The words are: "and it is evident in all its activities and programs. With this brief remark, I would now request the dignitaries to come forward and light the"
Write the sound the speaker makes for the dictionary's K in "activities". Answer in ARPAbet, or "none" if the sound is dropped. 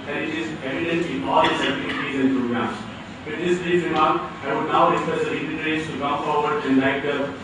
none